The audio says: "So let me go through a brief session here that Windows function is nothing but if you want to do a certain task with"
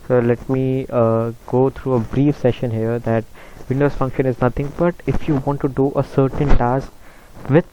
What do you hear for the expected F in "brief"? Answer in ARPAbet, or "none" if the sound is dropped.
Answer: F